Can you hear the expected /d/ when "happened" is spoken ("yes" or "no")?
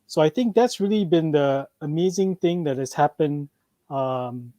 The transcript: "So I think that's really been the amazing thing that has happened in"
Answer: no